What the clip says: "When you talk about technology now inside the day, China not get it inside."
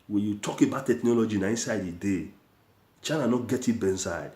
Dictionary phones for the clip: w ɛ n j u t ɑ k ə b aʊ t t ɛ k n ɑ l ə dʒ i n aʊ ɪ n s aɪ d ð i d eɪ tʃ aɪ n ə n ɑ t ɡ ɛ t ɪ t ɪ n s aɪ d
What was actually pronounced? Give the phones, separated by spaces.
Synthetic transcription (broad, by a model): w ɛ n j u t ɑ k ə b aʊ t t ɛ k n ɑ l ə dʒ i n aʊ ɪ n s aɪ d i d eɪ tʃ aɪ n ə n ɑ t ɡ ɛ t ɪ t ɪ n s aɪ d